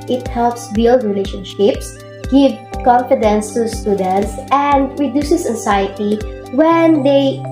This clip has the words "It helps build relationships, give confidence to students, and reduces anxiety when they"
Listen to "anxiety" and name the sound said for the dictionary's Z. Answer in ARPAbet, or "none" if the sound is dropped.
S